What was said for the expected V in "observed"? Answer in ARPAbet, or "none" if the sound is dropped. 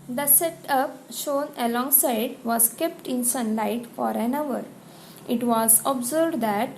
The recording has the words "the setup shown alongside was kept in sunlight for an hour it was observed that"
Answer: B